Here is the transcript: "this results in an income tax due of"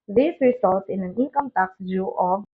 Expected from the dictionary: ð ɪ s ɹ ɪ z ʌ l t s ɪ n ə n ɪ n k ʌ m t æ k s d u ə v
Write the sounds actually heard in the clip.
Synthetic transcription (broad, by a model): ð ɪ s ɹ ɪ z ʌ l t ɪ n ə n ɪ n k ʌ m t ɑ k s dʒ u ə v